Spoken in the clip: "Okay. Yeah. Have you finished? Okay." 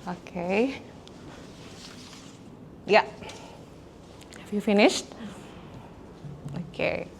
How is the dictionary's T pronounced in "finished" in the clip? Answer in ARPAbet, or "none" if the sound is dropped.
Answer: T